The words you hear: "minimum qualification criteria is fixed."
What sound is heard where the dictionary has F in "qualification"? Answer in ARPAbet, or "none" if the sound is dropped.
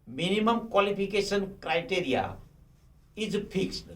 P